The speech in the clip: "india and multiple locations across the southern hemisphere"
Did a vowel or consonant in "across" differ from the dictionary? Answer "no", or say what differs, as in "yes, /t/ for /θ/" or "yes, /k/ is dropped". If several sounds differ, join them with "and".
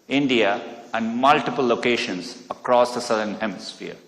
no